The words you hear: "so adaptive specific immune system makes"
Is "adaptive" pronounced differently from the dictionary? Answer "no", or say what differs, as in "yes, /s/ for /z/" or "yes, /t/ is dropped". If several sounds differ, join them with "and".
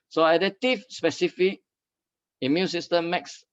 yes, /p/ is dropped and /f/ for /v/